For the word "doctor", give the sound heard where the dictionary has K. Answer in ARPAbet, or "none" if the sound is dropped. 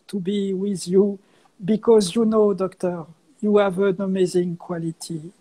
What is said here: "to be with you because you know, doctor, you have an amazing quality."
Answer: K